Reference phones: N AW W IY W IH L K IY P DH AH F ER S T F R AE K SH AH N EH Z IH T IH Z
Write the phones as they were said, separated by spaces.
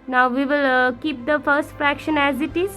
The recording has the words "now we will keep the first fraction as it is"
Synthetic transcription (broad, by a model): N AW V IY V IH L K IY P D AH F ER S T F R AE K SH AH N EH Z IH T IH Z